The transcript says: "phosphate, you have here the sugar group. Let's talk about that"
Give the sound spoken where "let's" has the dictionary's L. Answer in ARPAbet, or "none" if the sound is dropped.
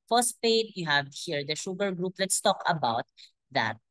L